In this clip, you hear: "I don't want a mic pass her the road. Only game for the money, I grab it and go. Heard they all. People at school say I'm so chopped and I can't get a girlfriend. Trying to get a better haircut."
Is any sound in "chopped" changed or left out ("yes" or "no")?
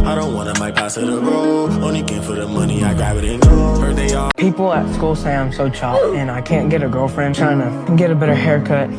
yes